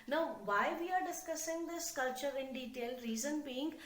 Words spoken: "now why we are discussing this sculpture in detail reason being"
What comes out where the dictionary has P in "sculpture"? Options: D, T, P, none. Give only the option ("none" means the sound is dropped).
none